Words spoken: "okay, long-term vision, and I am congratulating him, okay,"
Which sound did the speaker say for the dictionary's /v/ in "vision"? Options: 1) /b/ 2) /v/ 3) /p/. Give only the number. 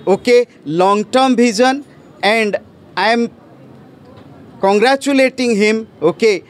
1